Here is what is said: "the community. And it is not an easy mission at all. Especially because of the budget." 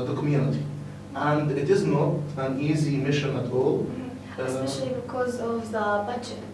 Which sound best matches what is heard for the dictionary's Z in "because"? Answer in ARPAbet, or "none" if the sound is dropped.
Z